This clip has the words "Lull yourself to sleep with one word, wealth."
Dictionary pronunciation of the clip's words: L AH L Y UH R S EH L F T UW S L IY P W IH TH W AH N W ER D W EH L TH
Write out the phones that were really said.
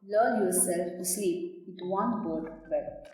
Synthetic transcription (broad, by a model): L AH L Y UH R S EH L F T UW S IY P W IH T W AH N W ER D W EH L